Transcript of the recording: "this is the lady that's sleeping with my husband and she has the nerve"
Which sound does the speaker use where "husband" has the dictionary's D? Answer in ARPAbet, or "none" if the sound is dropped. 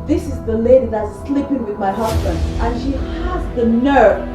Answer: D